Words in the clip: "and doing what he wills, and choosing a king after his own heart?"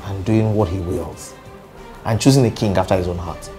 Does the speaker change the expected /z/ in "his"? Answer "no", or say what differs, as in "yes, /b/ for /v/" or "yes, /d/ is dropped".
no